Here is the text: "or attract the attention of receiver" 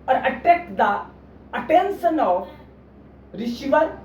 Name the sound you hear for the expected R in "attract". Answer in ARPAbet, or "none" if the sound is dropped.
none